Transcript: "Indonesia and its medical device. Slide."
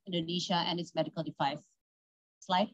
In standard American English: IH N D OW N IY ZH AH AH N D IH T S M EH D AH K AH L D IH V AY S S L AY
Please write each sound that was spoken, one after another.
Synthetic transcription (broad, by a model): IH N D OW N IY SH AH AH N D IH T S M EH D AH K AH L D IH F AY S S L AY